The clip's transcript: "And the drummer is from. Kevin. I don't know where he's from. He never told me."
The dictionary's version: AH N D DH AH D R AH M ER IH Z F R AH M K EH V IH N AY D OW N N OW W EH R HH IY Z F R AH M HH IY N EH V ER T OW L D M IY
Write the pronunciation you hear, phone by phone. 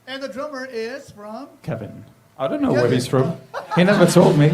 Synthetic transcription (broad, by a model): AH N DH AH D R AH M ER IH Z F R AH M K EH V IH N AY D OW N N OW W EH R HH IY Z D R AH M HH IY N EH V ER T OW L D M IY